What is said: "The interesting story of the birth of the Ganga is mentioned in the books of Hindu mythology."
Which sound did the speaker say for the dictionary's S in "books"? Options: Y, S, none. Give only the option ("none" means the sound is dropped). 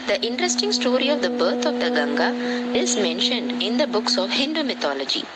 S